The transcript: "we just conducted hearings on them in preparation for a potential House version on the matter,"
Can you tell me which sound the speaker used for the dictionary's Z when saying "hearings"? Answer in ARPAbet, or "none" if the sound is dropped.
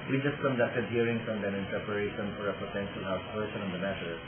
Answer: S